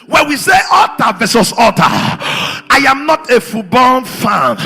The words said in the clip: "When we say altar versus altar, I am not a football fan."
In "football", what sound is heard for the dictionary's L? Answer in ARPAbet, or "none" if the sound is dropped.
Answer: N